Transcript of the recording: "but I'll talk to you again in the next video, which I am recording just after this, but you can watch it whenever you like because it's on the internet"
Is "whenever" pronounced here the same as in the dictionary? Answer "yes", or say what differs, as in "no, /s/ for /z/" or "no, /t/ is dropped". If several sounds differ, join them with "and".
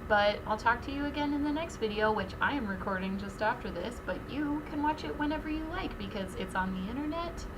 yes